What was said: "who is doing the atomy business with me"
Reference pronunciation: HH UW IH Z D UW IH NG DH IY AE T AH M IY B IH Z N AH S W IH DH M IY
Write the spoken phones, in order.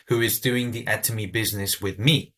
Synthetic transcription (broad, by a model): HH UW IH Z D UW IH NG DH IY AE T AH M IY B IH Z N AH S W IH DH M IY